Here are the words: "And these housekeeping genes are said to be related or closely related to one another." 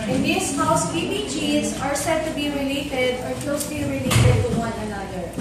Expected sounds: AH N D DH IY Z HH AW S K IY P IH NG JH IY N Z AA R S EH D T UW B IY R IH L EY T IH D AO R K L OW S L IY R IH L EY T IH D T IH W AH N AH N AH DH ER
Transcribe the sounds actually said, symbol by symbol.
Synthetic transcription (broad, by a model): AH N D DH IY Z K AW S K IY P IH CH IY Z AA R S EH D T UW B IY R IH L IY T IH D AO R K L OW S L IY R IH L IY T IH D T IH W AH N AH N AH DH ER